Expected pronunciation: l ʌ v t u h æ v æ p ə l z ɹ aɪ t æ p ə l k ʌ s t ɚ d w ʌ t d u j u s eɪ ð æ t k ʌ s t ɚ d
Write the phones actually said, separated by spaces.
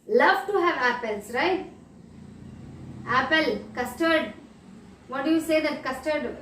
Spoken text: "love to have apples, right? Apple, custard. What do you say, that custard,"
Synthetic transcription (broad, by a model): l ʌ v t u h æ v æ p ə l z ɹ aɪ t æ p ə l k ʌ s t ɚ d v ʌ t d u j u s eɪ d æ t k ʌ s t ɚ d